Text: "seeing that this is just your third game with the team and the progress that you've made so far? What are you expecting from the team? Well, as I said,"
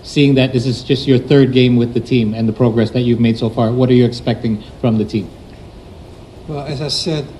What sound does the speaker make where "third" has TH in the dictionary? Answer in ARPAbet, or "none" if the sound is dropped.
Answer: TH